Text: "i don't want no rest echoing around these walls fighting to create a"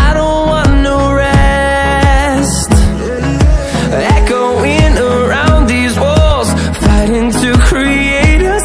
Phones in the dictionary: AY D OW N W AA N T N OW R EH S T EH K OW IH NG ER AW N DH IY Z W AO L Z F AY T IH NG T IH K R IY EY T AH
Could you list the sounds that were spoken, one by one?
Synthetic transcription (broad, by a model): AY D OW N W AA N N OW R EH S T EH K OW IH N ER AW N DH IY Z W AO L Z F AY T IH NG T IH K R IY EY T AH